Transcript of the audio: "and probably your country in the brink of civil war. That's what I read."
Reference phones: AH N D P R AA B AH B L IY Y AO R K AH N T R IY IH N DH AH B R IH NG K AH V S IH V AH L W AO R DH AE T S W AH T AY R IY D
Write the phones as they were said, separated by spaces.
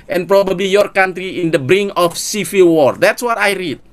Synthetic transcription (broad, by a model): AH N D P R AA B AH B L IY Y AO R K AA N T R IY IH N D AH B R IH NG AH F S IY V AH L W AO R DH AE T S W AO T AY R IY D